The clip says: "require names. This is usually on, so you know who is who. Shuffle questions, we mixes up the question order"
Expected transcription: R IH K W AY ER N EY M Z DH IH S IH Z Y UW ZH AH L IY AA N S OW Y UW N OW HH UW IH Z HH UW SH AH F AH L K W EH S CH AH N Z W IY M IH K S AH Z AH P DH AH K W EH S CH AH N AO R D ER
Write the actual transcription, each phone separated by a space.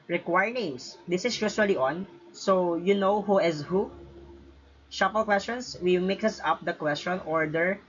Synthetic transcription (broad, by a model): R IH K W AY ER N EY M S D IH S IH S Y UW SH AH L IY AA N S OW Y UW N OW HH UW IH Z HH UW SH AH P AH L K W EH S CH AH N S W IY M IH K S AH S AH P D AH K W EH S CH AH N AO R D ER